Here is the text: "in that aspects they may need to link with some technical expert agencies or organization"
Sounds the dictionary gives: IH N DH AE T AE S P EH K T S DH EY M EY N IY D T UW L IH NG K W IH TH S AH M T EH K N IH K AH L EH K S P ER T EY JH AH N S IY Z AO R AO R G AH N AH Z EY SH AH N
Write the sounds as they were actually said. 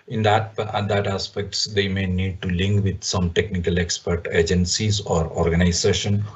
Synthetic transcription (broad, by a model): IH N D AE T AE S P EH K T S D EY M EY N IY D T UW L IH NG K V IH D S AH M T EH K N IH K AH L EH K S P ER T EY JH AH N S IY Z AO R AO R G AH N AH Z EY SH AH N